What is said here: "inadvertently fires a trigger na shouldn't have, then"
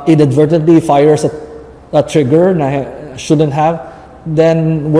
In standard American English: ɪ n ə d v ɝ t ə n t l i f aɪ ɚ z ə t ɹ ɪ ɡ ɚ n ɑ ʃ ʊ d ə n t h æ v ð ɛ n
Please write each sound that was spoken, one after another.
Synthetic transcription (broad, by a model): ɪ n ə d v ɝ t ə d l i f aɪ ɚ s ə t ɹ ɪ ɡ ɚ n ɑ ʃ ʊ d ə n t h æ v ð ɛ n